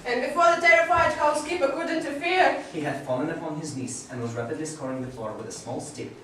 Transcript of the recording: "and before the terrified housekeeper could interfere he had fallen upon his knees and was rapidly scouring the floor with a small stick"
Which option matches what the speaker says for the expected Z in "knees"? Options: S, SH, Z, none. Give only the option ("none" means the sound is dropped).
S